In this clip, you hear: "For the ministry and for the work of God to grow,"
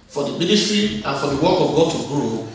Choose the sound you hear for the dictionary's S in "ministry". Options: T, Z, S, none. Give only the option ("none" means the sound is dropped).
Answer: S